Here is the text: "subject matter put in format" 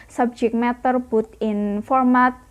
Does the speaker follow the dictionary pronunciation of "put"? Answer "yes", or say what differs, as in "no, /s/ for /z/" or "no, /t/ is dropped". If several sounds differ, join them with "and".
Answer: no, /b/ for /p/